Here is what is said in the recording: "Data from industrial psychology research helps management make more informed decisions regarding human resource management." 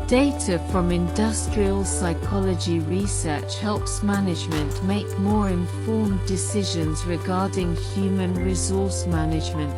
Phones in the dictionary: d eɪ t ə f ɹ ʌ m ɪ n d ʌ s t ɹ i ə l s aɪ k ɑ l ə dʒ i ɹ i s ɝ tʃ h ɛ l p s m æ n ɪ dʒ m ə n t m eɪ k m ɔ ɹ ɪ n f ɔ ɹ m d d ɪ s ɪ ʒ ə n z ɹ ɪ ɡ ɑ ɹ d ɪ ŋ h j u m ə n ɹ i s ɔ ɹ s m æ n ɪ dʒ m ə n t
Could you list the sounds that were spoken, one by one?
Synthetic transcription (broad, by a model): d eɪ t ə f ɹ ʌ m ɪ n d ʌ s t ɹ i ə l s aɪ k ɑ l ə dʒ i ɹ i s ɝ tʃ h ɛ l p s m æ n ɪ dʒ m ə n t m eɪ k m ɔ ɹ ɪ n f ɔ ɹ m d d ɪ s ɪ ʒ ə n z ɹ ɪ ɡ ɑ ɹ d ɪ ŋ h j u m ə n ɹ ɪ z ɔ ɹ s m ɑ n ɪ dʒ m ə n t